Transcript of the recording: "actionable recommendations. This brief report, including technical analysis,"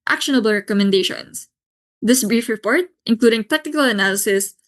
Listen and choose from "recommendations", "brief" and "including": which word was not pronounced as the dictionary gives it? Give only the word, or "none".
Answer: recommendations